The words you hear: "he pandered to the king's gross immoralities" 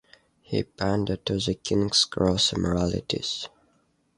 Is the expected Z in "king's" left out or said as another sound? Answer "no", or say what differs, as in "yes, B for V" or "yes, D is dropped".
yes, S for Z